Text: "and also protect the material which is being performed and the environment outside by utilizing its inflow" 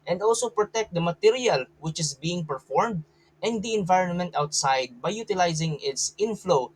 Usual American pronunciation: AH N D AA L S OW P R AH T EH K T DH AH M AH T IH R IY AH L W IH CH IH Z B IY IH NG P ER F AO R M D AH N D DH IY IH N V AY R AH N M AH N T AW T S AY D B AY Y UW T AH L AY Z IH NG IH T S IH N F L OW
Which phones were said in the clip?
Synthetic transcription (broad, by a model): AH N D AA L S OW P R AH T EH K T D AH M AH T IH R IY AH L W IH CH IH S B IY IH NG P ER F AO R M D AH N D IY IH N V AY R AH N M AH N T AW T S AY D B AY Y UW T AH L AY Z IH NG IH T S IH N F L OW